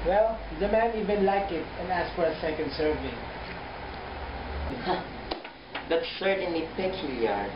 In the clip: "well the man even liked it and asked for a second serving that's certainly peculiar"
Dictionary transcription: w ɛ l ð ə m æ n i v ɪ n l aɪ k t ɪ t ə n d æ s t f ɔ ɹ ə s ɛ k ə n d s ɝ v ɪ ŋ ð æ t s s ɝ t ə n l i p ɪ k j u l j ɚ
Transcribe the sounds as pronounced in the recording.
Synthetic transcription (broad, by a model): w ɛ l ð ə m æ n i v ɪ n l aɪ k ɪ t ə n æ s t f ɔ ɹ ə s ɛ k ə n d s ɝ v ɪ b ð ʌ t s s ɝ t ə n l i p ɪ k j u l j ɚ